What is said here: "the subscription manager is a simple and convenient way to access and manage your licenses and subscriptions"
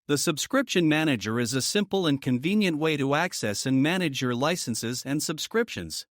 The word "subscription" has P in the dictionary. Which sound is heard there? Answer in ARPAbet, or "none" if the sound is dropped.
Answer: P